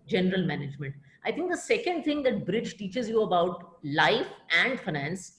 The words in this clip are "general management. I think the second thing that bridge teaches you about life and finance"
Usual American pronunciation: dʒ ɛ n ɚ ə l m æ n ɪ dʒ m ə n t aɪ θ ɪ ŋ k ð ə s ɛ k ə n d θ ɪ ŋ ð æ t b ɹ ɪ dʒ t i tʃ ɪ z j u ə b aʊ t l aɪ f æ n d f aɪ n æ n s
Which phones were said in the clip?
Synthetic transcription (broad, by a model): dʒ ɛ n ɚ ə l m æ n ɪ dʒ m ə n t aɪ t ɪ ŋ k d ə s ɛ k ə n d t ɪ ŋ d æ t b ɹ ɪ dʒ t i tʃ ɪ z j u ə b aʊ t l aɪ f æ n d f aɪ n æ n s